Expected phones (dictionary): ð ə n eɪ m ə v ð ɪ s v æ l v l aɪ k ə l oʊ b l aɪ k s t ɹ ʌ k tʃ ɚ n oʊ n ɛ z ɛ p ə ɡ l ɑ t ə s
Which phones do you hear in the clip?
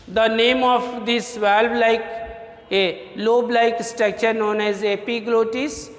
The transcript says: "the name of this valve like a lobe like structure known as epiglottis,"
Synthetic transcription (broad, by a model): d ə n eɪ m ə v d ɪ s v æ l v l aɪ k ə l oʊ b l aɪ k s t ɛ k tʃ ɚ n oʊ n ɛ z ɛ p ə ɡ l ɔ t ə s